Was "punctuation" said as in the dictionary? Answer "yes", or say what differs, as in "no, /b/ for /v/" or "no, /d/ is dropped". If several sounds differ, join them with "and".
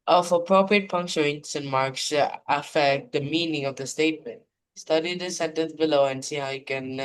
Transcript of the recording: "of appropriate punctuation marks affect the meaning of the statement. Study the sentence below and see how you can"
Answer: no, /s/ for /ʃ/